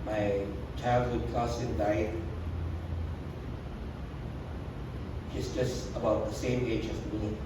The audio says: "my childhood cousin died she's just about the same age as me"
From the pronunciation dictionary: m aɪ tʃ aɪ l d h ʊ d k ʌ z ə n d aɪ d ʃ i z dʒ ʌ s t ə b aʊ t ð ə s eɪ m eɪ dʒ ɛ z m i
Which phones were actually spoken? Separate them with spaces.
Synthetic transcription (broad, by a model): m aɪ tʃ aɪ l d h ʊ d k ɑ s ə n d aɪ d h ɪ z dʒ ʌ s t ə b aʊ t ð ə s eɪ m eɪ dʒ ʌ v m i